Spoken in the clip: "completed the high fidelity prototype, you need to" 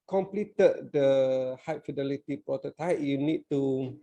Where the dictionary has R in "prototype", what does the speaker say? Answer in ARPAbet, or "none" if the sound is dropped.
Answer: none